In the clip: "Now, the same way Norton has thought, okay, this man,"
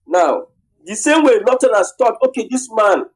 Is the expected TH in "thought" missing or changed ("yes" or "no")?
yes